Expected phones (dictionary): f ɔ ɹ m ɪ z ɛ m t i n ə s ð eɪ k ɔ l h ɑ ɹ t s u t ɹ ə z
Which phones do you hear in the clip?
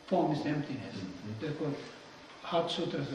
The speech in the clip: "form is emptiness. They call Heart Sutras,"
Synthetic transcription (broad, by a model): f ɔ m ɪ s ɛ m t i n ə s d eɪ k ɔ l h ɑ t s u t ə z